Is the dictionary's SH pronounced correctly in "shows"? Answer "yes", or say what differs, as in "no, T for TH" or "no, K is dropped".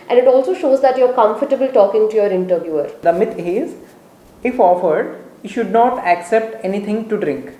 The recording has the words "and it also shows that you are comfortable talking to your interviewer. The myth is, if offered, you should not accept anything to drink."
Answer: yes